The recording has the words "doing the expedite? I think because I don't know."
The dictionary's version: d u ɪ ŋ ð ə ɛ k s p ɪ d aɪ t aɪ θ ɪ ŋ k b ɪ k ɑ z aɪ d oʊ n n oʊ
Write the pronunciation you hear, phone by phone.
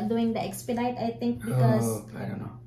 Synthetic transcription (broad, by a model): d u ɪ ŋ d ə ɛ k s p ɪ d aɪ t aɪ t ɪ ŋ k b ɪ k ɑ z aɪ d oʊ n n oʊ